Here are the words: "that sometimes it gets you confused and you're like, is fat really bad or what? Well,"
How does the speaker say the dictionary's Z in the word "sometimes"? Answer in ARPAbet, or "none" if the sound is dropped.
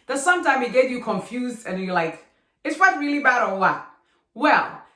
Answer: none